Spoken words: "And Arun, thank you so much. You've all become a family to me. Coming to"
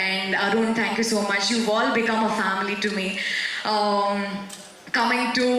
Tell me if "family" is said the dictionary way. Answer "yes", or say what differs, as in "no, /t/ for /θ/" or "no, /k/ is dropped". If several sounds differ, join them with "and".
yes